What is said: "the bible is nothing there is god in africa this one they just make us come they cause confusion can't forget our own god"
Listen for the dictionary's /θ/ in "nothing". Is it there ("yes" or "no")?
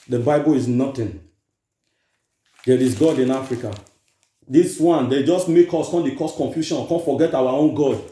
no